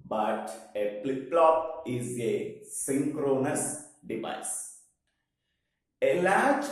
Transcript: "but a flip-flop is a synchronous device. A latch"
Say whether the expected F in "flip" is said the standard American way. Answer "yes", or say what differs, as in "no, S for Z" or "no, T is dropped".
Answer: no, P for F